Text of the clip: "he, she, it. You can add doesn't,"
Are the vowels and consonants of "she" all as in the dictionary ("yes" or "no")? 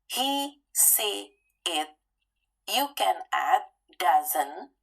no